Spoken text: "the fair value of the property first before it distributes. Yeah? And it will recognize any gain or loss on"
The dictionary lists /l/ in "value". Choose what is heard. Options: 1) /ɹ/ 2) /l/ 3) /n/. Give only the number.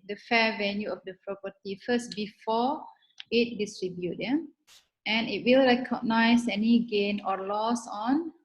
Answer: 3